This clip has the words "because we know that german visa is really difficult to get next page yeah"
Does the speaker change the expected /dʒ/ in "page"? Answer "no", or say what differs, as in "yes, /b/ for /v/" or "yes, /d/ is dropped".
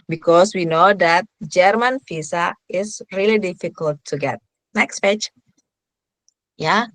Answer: yes, /tʃ/ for /dʒ/